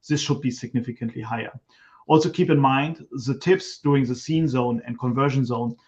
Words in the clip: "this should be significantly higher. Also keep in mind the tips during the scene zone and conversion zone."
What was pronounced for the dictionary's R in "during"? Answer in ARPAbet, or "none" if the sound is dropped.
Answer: none